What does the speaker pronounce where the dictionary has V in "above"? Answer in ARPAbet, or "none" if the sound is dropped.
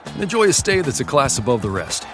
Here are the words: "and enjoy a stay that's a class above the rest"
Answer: V